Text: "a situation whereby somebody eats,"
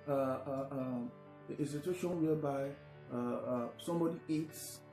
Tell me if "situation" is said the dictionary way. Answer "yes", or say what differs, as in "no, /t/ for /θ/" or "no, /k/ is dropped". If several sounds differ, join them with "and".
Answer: no, /s/ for /tʃ/